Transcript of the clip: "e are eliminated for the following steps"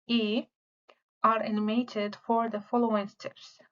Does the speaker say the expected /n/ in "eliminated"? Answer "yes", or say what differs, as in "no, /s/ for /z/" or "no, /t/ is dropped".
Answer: no, /n/ is dropped